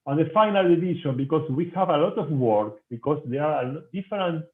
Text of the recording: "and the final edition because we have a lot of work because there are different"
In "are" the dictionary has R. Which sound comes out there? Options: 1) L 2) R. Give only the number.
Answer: 1